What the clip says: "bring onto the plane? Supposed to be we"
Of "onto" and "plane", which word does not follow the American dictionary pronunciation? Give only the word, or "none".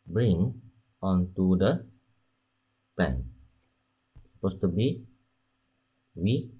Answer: plane